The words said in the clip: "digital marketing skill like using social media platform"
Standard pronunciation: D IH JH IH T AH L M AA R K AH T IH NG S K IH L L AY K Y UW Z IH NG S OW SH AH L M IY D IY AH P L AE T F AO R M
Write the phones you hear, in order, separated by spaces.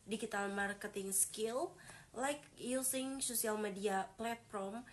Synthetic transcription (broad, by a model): D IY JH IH T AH L M AA R K AH T IH NG S K IH L L AY K Y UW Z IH NG S OW S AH L M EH D IY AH P L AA T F AO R M